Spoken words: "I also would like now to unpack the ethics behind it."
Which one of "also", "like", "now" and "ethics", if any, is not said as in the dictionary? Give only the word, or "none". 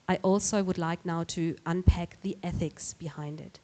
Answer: none